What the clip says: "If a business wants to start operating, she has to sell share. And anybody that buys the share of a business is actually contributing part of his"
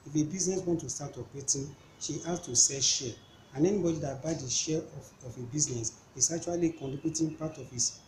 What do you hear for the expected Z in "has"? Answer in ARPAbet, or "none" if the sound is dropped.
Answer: S